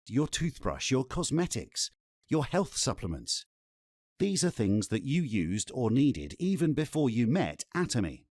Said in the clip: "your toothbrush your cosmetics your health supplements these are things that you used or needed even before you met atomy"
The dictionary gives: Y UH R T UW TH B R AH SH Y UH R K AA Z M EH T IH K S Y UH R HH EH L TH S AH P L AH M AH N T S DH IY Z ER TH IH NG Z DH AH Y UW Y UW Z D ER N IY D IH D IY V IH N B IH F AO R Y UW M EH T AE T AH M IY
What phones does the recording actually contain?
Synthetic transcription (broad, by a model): Y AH R T UW TH B R AH SH Y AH R K AA Z M EH T IH K S Y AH R HH EH L TH S AH P L AH M AH N T S DH IY Z ER TH IH NG Z DH AH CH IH Y UW Z D ER N IY D IH D IY V IH N B IH F AO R Y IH M EH T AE T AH M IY